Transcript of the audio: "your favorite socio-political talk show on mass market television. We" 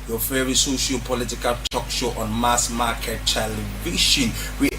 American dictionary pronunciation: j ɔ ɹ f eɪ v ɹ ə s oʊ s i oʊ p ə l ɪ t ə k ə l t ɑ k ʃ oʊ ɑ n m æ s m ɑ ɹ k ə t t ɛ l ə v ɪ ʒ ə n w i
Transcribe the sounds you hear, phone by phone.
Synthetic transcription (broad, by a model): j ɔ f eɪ ɹ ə s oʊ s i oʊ p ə l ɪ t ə k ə l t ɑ k ʃ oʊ ɑ n m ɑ s m ɑ k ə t t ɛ l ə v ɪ ʃ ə n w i